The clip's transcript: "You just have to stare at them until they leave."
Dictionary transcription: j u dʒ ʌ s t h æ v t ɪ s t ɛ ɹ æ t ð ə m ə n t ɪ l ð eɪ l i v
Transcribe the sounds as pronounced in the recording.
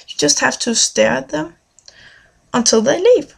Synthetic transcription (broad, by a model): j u dʒ ʌ s t h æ f t ɪ s t ɛ ɹ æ t ð ə m ə n t ɪ l ð eɪ l i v